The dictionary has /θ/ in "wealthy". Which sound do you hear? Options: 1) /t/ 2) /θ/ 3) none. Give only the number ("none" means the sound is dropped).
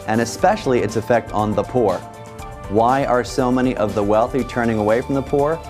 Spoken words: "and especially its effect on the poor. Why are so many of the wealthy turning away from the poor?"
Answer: 2